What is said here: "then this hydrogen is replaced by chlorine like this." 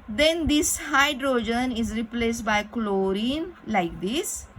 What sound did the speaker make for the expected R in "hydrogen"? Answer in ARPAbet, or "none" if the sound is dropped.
R